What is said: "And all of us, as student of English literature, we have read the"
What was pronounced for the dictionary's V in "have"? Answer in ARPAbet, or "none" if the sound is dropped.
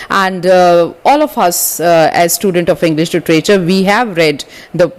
V